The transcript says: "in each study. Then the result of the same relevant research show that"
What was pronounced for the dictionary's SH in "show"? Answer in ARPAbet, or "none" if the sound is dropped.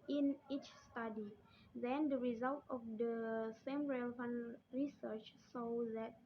S